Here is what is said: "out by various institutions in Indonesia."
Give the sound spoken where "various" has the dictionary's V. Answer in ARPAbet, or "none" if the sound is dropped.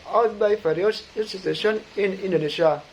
F